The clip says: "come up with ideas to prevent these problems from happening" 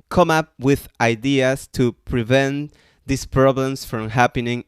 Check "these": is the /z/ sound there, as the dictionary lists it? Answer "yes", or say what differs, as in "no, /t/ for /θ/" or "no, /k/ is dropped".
no, /s/ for /z/